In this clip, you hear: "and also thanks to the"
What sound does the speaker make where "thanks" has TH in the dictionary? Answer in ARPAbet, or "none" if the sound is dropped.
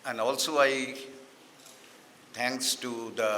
T